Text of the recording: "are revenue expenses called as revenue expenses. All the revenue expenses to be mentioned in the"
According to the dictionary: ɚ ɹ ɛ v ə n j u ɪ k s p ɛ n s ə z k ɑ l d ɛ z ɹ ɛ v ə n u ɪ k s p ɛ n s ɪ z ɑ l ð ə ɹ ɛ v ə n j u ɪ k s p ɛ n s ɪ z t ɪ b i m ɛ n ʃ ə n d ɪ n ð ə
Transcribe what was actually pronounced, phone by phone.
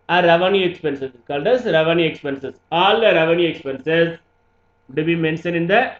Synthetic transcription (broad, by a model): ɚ ɹ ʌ v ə n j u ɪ k s p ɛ n s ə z k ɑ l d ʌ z ɹ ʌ v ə n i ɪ k s p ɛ n s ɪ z ɑ l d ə ɹ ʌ v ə n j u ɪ k s p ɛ n s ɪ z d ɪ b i m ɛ n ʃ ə n ɪ n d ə